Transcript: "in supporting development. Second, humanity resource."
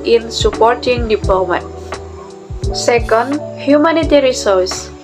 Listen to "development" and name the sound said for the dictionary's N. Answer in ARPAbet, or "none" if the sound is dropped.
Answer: none